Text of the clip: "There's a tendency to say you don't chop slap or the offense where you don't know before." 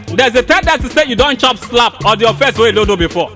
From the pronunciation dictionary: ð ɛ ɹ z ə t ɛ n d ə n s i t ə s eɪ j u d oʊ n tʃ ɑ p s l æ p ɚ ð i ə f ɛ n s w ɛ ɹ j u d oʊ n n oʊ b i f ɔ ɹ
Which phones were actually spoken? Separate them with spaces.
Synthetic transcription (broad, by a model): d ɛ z ə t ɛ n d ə s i s eɪ j u d oʊ n tʃ ɑ p s l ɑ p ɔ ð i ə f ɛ s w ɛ j u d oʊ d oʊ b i f ɔ